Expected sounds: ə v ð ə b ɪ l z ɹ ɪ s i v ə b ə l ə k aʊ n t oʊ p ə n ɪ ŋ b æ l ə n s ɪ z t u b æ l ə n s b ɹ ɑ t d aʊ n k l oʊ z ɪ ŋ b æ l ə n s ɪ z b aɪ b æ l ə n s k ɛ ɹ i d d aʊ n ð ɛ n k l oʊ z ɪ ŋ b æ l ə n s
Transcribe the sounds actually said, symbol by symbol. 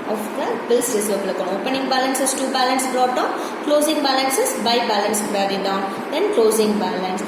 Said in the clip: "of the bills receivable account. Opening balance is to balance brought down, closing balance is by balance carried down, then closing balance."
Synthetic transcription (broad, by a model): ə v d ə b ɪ l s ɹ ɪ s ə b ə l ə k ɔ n oʊ p ə n ɪ ŋ b æ l ə n s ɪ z t u b æ l ə n s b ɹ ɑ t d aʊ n k l oʊ z ɪ ŋ b æ l ə n s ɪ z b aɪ b æ l ə n s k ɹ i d d aʊ n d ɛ n k l oʊ z ɪ ŋ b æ l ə n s